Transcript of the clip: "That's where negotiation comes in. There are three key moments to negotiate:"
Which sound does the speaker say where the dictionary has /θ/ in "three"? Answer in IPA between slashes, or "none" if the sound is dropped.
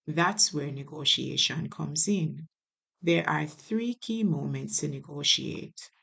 /θ/